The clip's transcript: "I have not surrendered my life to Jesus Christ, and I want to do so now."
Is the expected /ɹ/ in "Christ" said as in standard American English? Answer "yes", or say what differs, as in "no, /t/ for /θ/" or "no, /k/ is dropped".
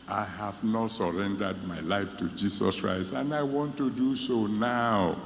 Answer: yes